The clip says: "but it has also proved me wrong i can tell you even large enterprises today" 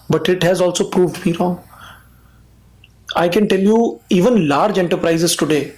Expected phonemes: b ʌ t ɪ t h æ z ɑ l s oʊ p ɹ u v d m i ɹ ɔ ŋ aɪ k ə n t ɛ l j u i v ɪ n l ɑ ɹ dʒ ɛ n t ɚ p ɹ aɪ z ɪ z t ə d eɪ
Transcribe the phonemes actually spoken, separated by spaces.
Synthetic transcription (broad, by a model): b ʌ t ɪ t h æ z ɑ l s oʊ p ɹ u v d m i ɹ ɔ ŋ aɪ k ə n t ɛ l j u i v ɪ n l ɑ ɹ dʒ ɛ n t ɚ p ɹ aɪ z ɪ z t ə d eɪ